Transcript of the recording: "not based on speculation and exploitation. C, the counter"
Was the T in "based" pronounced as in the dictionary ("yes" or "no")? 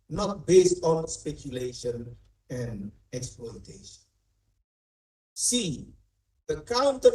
yes